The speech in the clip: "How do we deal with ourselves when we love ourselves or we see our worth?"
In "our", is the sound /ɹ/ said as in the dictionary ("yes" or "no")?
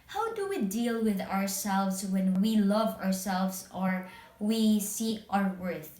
yes